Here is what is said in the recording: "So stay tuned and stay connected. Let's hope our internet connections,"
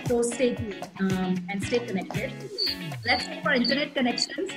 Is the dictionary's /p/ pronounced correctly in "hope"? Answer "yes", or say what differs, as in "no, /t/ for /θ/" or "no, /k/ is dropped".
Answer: no, /f/ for /p/